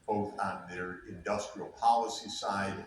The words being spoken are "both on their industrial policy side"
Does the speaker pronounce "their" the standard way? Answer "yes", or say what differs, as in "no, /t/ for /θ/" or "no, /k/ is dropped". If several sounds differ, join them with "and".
yes